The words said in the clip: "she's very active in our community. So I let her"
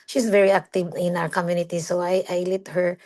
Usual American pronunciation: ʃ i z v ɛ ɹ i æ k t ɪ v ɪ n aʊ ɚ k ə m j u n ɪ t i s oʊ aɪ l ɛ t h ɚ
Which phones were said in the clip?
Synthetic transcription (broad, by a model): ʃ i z v ɛ ɹ i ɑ k t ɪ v ɪ n aʊ ɚ k ə m j u n ɪ t i s oʊ aɪ l ɛ t h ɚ